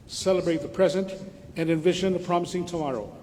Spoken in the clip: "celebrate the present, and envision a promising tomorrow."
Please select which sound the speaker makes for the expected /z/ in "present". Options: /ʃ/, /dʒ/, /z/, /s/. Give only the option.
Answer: /z/